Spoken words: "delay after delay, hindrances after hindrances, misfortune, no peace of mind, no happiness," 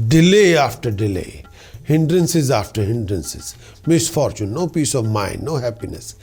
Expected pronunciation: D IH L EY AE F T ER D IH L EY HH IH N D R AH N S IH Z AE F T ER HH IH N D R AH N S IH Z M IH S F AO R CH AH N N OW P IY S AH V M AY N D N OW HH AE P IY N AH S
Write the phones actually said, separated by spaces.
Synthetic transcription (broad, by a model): D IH L EY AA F T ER D IH L EY HH IH N D R AH N S IH Z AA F T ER HH IH N D R AH N S IH Z M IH S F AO R CH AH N N OW P IY S AH V M AY N D N OW HH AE P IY N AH S